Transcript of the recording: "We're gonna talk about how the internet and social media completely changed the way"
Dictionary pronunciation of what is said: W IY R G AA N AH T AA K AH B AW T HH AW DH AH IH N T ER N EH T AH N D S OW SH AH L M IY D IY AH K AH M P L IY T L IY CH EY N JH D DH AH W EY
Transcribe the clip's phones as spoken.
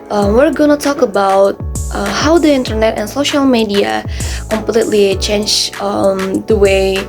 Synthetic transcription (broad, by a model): W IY R G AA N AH T AA K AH B AW T HH AW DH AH IH N T ER N EH T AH N S OW SH AH L M IY D IY AH K AH M P L IY T L IY CH EY N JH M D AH W EY